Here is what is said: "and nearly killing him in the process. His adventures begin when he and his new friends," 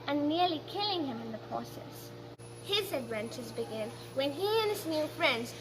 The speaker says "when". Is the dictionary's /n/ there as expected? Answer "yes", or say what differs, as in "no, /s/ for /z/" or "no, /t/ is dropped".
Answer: yes